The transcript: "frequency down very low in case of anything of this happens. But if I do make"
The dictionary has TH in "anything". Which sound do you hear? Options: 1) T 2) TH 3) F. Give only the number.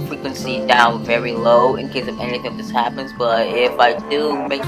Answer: 2